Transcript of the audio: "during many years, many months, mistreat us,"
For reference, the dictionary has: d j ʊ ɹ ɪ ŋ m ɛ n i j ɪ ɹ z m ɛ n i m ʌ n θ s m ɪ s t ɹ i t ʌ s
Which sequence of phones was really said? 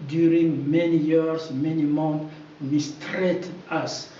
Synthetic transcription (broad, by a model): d j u ɹ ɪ ŋ m ɛ n i j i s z m ɛ n i m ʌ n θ m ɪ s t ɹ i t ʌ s